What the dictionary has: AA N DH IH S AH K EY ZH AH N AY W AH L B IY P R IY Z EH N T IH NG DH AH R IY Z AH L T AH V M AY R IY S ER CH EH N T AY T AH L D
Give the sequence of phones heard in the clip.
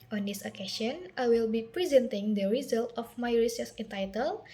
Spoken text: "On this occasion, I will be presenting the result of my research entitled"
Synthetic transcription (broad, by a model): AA N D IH S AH K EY S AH N AY W AH L B IY P R IY Z EH N T IH NG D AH R IY Z AH L T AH F M AY R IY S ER S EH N T AY T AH L